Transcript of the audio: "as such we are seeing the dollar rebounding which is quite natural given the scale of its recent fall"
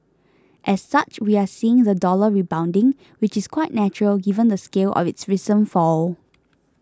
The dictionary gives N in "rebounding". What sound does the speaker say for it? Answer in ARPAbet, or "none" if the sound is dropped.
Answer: N